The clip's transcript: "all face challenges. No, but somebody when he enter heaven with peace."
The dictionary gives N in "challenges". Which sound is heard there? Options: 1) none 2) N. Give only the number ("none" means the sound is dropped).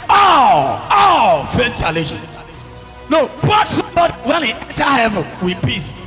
1